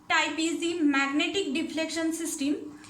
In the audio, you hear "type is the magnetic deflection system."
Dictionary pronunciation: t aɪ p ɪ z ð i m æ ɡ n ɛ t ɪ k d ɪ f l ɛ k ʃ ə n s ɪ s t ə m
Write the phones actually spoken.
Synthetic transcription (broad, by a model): t aɪ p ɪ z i m æ ɡ n ɛ t ɪ k d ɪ p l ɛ k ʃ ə n s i s t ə m